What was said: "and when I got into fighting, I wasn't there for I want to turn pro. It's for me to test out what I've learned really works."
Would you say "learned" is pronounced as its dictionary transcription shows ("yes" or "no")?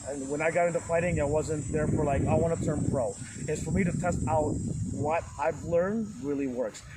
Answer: yes